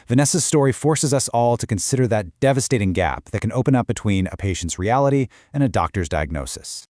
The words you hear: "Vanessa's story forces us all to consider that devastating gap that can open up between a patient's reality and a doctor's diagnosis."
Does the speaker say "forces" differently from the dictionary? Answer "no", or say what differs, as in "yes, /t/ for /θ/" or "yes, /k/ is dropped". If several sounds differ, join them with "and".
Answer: no